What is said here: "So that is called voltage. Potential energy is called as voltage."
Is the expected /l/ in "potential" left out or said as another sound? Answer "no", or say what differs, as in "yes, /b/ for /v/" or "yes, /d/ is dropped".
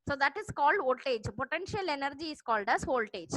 no